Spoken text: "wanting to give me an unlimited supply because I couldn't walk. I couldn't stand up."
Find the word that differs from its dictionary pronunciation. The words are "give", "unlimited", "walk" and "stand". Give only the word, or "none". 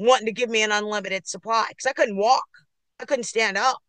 none